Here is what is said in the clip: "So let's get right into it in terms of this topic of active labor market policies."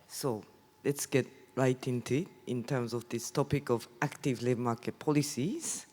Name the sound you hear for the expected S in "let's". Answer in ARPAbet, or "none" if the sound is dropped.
S